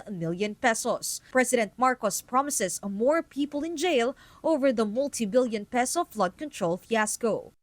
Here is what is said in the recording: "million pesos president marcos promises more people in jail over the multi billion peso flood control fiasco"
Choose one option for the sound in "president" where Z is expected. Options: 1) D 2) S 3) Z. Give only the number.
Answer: 2